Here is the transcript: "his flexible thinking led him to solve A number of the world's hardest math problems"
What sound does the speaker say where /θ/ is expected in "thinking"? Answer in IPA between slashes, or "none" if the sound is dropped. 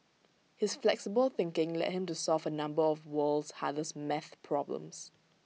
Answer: /θ/